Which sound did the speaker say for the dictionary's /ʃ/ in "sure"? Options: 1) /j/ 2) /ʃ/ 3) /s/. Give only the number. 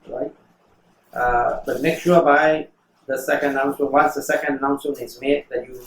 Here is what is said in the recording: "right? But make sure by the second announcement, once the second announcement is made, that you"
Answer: 3